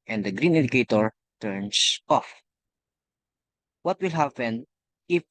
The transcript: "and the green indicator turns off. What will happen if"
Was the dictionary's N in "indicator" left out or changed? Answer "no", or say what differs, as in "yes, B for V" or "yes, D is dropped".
yes, N is dropped